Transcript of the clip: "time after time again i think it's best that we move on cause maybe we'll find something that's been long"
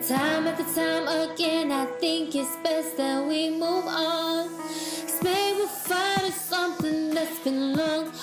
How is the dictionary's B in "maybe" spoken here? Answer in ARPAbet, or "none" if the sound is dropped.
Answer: none